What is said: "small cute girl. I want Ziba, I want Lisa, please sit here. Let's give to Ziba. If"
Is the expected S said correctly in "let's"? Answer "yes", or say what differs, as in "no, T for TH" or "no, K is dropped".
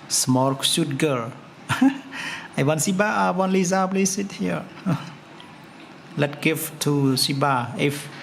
no, S is dropped